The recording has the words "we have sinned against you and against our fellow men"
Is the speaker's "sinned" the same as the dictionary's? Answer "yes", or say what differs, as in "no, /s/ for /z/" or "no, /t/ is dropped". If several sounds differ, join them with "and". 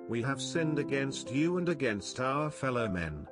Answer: yes